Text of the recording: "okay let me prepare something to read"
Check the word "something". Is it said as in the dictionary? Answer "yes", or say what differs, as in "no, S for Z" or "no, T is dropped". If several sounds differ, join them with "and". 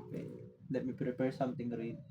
no, T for TH